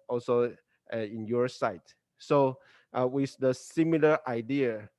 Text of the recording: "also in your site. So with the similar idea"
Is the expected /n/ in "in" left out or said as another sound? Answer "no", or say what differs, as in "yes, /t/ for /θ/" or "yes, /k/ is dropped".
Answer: no